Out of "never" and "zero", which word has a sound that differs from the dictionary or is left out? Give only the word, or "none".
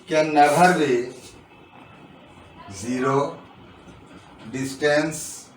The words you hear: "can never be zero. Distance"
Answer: never